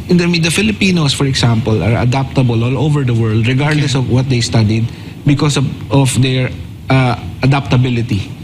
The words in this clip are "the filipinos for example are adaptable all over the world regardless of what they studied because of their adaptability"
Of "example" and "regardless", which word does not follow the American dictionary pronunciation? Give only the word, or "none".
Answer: example